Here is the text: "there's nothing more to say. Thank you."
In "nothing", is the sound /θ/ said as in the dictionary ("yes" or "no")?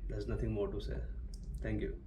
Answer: no